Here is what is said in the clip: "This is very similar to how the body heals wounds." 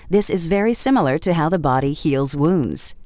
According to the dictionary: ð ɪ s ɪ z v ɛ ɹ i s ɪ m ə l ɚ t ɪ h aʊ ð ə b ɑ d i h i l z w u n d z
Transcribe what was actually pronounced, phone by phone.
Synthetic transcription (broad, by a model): ð ɪ s ɪ z v ɛ ɹ i s ɪ m l ɚ t ɪ h aʊ ð ə b ɑ d i h i l z w u n d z